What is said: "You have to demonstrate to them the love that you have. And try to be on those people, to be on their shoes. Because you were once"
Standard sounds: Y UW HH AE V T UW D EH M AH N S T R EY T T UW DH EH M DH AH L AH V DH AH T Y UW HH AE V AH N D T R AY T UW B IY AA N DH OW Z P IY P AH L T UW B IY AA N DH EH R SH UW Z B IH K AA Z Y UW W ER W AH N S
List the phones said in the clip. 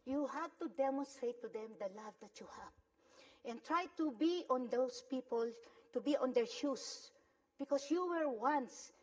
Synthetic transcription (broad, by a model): Y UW HH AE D T UW D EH M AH N S T R EY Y T UW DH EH M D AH L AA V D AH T Y UW HH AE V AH N T R AY T UW B IY AA N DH OW S P IY P AH L T UW B IY AA N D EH R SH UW S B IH K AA S Y UW W ER W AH N S